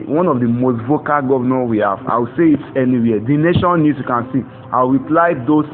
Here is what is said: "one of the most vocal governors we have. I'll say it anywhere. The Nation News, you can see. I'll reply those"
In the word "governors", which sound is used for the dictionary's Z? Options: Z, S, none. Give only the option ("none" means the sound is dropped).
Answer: none